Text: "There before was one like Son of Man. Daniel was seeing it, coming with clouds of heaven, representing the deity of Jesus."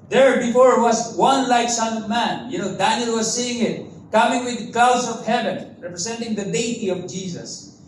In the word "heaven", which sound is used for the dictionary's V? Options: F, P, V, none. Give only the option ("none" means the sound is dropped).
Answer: V